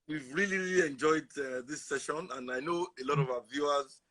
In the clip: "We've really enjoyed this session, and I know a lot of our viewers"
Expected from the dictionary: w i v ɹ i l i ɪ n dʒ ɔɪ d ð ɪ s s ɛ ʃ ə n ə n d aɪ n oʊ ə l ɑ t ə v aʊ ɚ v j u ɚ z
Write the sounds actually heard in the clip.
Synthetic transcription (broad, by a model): w i v ɹ i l i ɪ n dʒ ɔɪ d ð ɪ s s ɛ ʃ ə n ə n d aɪ n oʊ ə l ɑ t ə v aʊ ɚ v j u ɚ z